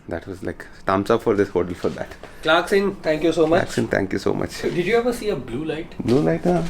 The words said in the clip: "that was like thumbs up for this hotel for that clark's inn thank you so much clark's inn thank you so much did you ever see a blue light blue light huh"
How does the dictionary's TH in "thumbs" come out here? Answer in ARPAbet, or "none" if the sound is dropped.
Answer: T